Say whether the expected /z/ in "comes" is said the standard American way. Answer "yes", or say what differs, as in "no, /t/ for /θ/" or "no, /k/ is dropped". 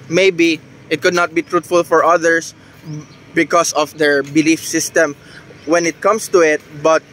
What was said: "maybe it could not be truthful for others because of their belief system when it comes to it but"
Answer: no, /s/ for /z/